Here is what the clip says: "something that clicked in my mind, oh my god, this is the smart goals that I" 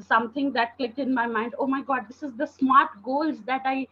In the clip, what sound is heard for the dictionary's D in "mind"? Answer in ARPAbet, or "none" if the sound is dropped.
D